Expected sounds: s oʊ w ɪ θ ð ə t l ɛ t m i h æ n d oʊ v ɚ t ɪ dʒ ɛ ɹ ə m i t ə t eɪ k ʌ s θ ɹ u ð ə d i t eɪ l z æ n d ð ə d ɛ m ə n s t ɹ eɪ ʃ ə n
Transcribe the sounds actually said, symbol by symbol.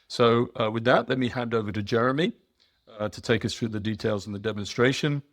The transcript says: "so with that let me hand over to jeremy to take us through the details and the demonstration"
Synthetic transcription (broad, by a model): s oʊ w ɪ ð ə t l ɛ t m i h æ n d oʊ v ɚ t ɪ dʒ ɛ ɹ ə m i t ə t eɪ k ʌ s θ ɹ u ð ə d i t eɪ l z n ð ə d ɛ m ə n s t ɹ eɪ ʃ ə n